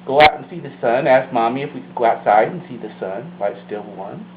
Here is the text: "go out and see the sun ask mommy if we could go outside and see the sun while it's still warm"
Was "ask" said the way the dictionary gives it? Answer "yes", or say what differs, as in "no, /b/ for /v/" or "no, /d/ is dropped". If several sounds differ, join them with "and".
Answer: yes